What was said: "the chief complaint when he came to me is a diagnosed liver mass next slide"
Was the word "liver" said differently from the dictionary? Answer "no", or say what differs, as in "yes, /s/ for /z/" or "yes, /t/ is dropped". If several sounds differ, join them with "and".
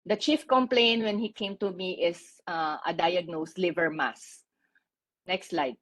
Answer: no